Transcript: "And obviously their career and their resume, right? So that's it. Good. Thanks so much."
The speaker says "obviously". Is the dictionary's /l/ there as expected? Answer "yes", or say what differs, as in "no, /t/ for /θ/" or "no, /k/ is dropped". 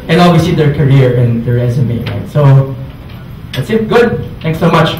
no, /l/ is dropped